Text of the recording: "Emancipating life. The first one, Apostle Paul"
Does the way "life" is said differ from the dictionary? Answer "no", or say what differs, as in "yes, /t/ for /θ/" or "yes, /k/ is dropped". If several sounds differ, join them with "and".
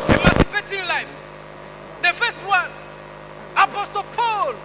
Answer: no